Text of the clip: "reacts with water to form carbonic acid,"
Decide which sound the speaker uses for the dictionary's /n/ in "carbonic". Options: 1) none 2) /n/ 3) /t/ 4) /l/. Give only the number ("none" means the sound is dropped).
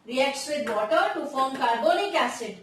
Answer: 4